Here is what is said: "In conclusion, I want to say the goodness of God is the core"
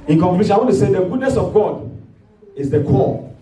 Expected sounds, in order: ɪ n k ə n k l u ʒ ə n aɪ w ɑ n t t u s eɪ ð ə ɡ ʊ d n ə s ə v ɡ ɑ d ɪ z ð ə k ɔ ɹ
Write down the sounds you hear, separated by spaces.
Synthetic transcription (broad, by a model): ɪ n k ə k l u ʃ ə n aɪ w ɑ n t t u s eɪ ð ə ɡ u d n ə s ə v ɡ ɑ d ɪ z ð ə k ɔ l